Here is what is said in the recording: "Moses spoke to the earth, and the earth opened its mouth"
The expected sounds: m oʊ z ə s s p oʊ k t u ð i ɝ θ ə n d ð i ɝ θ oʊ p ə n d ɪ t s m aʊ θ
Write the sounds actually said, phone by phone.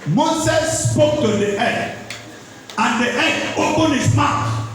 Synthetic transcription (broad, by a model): m oʊ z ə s s p oʊ k t u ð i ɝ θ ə n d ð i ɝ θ oʊ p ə n ɪ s m aʊ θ